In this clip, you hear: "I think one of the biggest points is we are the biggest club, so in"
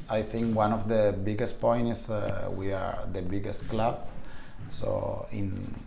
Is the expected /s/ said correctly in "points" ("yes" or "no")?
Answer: no